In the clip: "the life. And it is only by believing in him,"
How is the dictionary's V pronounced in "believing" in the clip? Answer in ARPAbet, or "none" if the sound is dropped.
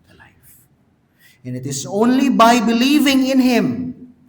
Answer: V